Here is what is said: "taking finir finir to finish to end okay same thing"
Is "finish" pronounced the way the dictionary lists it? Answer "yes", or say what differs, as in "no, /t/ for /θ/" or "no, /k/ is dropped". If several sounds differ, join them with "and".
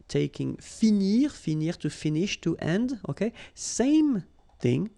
yes